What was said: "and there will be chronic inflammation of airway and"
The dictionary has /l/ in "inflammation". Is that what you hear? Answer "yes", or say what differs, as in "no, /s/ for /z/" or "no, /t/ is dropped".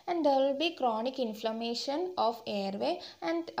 yes